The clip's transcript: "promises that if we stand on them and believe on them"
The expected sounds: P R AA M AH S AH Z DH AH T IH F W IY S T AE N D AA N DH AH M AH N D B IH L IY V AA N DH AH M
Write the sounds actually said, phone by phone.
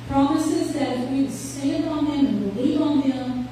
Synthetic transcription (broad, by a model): P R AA M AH S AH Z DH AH T IH F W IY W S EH D AA N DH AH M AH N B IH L IY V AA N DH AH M